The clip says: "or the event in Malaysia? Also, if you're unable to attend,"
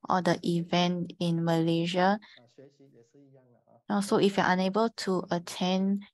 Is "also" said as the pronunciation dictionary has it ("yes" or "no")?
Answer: no